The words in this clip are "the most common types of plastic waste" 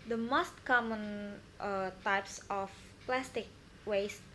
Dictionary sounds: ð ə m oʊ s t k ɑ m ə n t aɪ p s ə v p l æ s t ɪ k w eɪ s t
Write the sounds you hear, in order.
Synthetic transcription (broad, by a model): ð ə m oʊ s t k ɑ m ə n t aɪ p s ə f p l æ s t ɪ k w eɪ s